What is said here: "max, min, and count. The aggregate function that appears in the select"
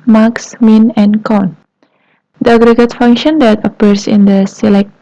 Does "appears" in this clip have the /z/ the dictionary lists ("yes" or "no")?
no